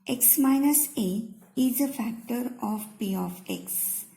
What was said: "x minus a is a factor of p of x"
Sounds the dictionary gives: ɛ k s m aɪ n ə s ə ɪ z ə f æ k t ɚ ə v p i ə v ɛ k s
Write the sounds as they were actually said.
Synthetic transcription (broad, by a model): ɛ k s m aɪ n ə s ə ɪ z ə f æ k t ɚ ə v p i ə f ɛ k s